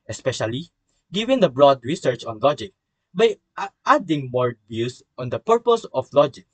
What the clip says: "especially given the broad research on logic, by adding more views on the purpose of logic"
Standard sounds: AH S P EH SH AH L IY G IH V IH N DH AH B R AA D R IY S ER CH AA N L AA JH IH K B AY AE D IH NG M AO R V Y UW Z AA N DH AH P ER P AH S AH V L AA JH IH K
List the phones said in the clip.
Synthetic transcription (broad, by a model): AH S P EH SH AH L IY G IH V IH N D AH B R AA D R IY S ER CH AA N L AA JH IH K B AY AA D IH NG M AO R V Y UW S AA N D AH P ER P AH S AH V L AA JH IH K